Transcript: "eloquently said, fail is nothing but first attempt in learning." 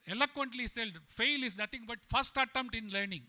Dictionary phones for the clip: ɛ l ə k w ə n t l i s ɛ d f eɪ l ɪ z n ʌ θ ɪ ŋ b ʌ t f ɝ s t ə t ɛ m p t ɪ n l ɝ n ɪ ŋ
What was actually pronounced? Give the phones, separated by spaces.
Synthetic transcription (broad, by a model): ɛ l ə k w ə n t l i s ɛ d f eɪ l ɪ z n ʌ t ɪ ŋ b ʌ t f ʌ s t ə t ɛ m t ɪ n l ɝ n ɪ ŋ